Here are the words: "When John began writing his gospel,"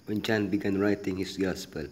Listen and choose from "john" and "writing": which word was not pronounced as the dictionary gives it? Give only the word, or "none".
john